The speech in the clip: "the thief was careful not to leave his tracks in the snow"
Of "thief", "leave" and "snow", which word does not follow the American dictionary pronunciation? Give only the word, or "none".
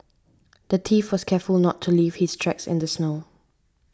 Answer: thief